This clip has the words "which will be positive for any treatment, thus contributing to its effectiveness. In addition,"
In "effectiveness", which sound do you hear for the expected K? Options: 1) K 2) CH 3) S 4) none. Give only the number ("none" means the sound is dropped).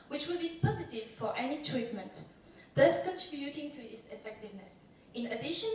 1